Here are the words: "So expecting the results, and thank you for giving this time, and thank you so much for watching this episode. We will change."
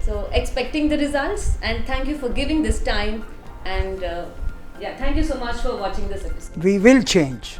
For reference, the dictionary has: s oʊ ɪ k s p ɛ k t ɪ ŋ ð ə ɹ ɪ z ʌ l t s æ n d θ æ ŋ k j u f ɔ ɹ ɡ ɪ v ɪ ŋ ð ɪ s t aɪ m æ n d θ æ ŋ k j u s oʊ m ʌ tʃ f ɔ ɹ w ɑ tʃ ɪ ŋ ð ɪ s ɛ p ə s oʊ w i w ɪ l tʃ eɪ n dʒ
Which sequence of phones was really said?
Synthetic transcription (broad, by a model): s oʊ ɪ k s p ɛ k t ɪ ŋ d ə ɹ ɪ z ʌ l t s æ n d t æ ŋ k j u f ɔ ɹ ɡ ɪ v ɪ ŋ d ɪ s t aɪ m æ n d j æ ŋ k j u s oʊ m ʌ tʃ f ɔ ɹ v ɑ tʃ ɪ ŋ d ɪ s ɛ p ə s oʊ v i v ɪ l tʃ eɪ n dʒ